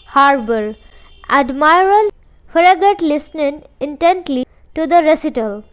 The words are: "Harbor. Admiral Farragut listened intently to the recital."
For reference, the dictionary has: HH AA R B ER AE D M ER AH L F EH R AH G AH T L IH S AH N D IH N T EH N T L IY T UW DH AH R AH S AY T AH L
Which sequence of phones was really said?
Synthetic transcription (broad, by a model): HH AA R B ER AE D M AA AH L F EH R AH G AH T L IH S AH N IH N T EH N T L IY T UW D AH R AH S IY T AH L